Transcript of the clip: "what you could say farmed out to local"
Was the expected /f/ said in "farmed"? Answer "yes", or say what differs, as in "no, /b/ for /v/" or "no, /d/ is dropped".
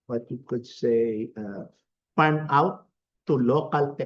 no, /p/ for /f/